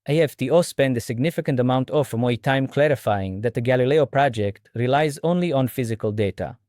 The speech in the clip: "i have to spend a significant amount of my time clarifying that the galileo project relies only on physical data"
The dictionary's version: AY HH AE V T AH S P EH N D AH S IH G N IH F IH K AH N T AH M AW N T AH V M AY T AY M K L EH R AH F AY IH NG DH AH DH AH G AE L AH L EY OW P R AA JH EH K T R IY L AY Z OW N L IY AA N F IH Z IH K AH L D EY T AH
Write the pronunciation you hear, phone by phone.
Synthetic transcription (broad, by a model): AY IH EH F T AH S P EH N D AH S IH G N IH F IH K AH N T AH M AW N T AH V M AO T AY M K L EH R AH F AY IH NG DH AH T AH G AE L AH L EY OW P R AA JH EH K T R IY L AY Z OW N L IY AA N F IH Z IH K AH L D EY T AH